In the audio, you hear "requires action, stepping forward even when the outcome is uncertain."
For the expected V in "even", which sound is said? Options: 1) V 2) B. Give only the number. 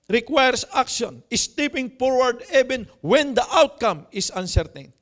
2